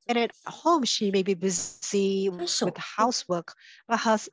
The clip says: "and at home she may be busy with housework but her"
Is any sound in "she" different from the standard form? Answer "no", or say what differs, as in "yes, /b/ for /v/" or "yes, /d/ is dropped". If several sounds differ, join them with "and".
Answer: no